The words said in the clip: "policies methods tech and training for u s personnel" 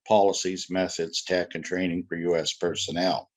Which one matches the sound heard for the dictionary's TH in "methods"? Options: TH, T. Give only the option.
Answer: TH